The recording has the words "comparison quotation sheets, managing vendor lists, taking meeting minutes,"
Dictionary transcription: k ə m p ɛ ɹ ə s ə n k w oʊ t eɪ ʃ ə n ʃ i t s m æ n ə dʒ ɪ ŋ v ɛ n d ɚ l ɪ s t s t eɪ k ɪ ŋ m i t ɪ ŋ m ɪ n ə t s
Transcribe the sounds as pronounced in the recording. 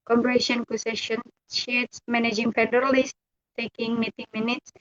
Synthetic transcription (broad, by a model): k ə m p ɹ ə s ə n k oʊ s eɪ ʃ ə n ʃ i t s m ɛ n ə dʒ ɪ ŋ p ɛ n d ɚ l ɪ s s t eɪ k ɪ ŋ m i t ɪ ŋ m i n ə t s